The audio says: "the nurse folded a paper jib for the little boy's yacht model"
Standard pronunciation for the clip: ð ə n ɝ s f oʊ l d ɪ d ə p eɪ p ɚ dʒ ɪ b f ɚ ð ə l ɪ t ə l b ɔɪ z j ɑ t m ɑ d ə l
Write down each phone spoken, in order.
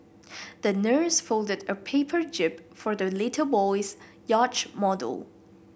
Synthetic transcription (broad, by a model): ð ə n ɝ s f oʊ l d ɪ d ə p eɪ p ɚ dʒ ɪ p f ɚ ð ə l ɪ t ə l b ɔɪ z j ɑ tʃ m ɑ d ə l